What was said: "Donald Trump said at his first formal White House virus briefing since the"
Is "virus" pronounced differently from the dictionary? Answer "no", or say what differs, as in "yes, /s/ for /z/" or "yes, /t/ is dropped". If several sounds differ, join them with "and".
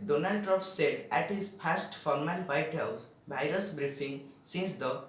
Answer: yes, /b/ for /v/